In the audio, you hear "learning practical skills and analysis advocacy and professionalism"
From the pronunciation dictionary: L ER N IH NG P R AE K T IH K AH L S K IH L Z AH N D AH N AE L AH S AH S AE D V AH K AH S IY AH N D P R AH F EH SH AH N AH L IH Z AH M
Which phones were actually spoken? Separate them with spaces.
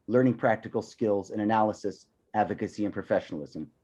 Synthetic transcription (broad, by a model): L ER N IH NG P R AE K T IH K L S K IH L Z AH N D AH N AE L AH S AH S AE D V AH K AH S IY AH N P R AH F EH SH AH N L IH Z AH M